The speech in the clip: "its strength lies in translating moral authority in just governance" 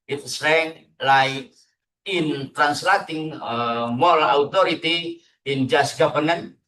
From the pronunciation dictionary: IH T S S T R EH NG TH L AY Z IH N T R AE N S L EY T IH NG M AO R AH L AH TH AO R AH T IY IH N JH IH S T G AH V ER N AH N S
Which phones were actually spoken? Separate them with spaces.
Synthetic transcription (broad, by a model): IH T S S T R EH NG L AY IH N T R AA N S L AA T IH NG M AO L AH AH T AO R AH T IY IH N JH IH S G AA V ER N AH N